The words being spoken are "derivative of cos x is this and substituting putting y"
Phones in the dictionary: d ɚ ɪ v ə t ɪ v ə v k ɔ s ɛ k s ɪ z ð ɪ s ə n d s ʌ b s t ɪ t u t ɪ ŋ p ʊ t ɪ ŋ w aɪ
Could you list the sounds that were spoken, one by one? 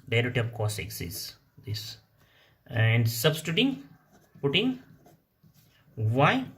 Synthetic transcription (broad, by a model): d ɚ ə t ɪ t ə p k ɔ s ɛ k s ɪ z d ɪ s ə n d s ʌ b s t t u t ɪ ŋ p ʊ t ɪ ŋ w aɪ